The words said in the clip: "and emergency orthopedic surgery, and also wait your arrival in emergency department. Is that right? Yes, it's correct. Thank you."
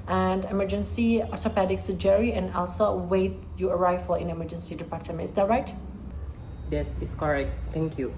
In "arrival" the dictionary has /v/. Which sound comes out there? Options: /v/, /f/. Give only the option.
/f/